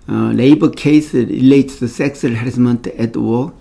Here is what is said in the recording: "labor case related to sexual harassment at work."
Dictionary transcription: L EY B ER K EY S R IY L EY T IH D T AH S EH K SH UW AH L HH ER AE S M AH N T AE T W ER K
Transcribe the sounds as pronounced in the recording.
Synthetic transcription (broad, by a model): L EY B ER K EY S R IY L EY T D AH S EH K S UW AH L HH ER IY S M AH N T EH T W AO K